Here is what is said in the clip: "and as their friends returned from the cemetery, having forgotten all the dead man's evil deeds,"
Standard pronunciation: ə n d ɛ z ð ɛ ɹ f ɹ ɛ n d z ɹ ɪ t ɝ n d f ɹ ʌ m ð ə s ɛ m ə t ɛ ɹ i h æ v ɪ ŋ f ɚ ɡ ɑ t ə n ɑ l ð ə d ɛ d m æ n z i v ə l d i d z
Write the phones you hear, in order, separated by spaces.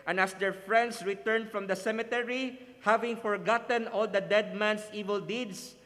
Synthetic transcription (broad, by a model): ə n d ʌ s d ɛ ɹ f ɹ ɛ n d s ɹ ɪ t ɝ n d f ɹ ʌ m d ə s ɛ m ə t ɛ ɹ i h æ v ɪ ŋ f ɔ ɡ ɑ t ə n ɑ l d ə d ɛ d m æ n s i v ə l d i d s